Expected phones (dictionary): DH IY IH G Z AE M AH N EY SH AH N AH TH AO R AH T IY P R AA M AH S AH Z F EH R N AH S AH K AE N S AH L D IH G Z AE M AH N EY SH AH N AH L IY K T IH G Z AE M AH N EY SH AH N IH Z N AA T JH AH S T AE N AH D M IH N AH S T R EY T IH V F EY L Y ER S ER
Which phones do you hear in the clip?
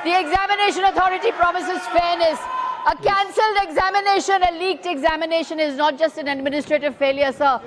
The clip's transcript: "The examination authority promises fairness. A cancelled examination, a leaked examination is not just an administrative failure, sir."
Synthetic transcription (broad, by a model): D IY IH G Z AE M AH N EY SH AH N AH T AO R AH T IY P R AA M AH S AH Z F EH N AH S AH K AE N S AH L D IH G Z AE M AH N EY SH AH N AH L IY K T IH G Z AE M AH N EY SH AH N IH Z N AA T JH AH S T AE N AH D M IH N AH S T R EY T IH V F EY L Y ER S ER